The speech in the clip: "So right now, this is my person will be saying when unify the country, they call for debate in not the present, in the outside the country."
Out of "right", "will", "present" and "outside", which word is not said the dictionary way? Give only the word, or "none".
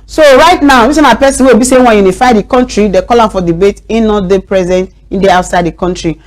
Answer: will